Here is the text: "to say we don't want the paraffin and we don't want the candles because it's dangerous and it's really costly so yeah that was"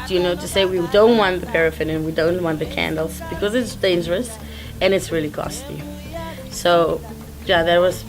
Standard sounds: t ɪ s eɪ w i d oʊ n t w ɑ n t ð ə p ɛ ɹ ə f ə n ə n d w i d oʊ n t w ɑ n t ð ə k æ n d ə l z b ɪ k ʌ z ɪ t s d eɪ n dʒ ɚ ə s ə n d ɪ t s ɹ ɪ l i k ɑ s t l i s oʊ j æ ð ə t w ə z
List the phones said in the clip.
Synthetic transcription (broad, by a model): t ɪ s eɪ w i d oʊ n t w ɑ n ð ə p ɛ ɹ ə f ə n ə n w i d oʊ n t w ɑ n ð ə k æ n d l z b ɪ k ʌ z ɪ t s d eɪ n dʒ ɚ ə s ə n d ɪ t s ɹ ɪ l i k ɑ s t i s oʊ j æ ð ə t w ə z